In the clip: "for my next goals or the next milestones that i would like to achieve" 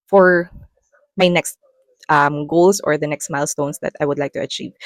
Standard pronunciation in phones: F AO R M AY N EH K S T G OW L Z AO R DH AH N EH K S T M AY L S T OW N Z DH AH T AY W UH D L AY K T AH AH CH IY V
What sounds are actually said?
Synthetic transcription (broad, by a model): F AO R M AY N EH K S T G OW L S AO R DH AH N EH K S T M AY L S T OW N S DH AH T AY W UH D L AY K T AH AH CH IY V